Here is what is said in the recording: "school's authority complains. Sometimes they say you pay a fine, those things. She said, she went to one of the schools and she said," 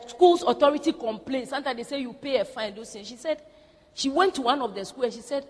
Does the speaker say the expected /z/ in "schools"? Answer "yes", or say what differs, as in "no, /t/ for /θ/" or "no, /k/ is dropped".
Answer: no, /z/ is dropped